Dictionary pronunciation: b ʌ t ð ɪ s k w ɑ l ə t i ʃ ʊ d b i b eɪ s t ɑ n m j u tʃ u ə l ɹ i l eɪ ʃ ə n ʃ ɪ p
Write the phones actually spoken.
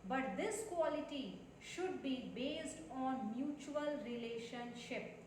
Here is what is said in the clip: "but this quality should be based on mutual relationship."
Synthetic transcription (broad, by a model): b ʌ t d ɪ s k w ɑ l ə t i ʃ ʊ d b i b eɪ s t ɑ n m j u tʃ u ə l ɹ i l eɪ ʃ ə n ʃ ɪ p